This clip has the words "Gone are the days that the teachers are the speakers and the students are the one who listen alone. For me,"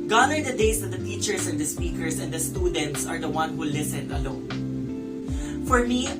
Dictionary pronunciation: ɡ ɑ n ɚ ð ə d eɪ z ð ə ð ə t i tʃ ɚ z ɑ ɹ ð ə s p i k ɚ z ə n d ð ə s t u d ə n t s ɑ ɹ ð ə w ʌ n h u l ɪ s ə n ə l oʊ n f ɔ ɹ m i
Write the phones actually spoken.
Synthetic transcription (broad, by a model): ɡ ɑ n ɚ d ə d eɪ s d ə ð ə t i tʃ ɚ s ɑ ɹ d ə s p i k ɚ s ə n d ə s t u d ə n t s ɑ ɹ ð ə w ʌ n h u l ɪ s ə n ə l oʊ n f ɔ ɹ m i